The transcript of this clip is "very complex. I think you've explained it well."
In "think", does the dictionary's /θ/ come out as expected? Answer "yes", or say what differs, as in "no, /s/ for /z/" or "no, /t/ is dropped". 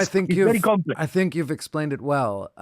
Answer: yes